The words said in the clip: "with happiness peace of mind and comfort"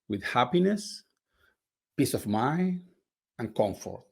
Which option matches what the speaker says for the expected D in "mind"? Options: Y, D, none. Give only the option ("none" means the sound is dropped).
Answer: none